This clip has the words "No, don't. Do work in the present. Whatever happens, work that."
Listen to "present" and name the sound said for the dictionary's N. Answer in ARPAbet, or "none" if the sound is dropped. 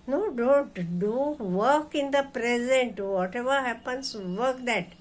N